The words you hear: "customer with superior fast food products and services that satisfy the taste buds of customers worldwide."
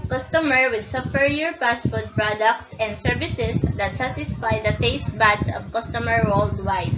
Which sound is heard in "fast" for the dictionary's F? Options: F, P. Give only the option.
P